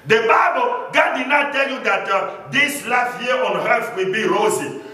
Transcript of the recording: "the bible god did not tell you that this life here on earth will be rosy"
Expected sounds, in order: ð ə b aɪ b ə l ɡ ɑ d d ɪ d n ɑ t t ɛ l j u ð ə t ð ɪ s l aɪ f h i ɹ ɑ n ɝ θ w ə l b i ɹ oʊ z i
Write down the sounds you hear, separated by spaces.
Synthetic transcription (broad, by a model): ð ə b aɪ b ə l ɡ ɑ d d ɪ d n ɑ t t ɛ l j u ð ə t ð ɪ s l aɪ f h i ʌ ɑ n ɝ f w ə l b i ɹ oʊ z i